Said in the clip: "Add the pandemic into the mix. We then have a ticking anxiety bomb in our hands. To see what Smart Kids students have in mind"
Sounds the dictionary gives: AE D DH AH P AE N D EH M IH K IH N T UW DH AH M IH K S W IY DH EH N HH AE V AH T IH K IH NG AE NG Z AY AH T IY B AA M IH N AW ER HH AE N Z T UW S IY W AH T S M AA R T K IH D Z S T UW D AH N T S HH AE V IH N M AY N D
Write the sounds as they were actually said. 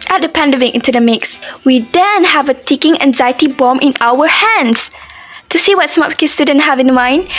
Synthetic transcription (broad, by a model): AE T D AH P AE N D EH M IH K IH N T UW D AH M IH K S W IY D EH N HH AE V AH T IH K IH NG AE NG Z AY AH T IY B AA M IH N AW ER HH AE N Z T UW S IY W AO T S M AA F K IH S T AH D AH N HH AE V IH N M AY N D